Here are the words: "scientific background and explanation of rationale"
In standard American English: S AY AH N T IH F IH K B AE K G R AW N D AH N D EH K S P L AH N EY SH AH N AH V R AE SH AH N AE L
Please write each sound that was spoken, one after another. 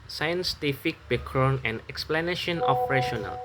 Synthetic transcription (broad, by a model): S AY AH N T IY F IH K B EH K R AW N AH N EH K S P L AH N EY SH AH N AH P R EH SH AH N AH L